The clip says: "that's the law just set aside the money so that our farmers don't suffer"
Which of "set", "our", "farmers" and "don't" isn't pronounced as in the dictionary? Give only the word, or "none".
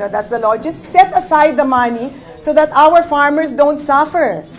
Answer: farmers